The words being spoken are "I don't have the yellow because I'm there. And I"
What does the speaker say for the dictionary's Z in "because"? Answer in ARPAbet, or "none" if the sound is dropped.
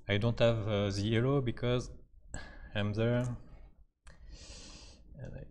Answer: Z